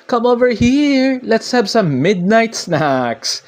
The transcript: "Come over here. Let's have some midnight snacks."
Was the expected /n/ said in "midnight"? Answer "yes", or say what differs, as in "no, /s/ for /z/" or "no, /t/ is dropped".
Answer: yes